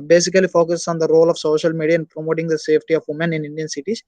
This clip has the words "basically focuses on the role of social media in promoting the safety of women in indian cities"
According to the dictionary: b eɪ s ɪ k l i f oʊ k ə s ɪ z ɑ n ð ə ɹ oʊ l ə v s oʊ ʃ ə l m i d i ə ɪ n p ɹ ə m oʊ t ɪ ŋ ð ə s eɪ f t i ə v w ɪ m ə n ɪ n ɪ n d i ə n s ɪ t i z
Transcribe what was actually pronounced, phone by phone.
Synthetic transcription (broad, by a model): b eɪ s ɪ k l i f oʊ k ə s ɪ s ɑ n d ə ɹ oʊ l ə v s oʊ ʃ ə l m i d i ə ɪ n p ɹ ə m oʊ t ɪ ŋ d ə s eɪ p t i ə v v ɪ m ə n ɪ n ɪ n d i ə n s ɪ t i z